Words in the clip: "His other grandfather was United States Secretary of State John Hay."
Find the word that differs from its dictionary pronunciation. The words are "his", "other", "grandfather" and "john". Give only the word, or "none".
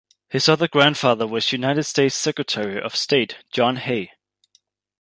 none